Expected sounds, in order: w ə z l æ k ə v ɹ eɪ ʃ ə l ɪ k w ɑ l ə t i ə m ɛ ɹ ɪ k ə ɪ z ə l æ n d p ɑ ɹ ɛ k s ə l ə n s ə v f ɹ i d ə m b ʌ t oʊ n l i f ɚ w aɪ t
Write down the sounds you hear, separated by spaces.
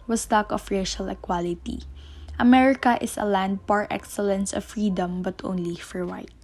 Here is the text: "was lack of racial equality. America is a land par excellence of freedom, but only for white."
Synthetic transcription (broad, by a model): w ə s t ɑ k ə f ɹ eɪ ʃ ə l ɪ k w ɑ l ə t i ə m ɛ ɹ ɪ k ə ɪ s ə l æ n d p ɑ ɹ ɛ k s ə l ə n s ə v f ɹ i d ə m b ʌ t oʊ n l i f ɚ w aɪ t